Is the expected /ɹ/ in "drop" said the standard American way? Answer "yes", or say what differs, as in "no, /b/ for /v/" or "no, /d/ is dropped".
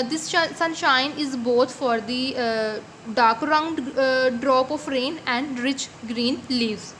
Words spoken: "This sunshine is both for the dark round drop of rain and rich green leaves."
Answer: yes